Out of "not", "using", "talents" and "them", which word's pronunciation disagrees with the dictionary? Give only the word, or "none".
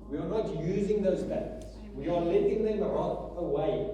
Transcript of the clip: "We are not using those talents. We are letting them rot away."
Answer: talents